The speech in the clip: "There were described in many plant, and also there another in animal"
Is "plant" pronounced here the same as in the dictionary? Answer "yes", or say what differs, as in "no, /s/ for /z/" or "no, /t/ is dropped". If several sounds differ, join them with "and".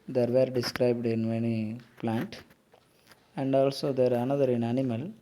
yes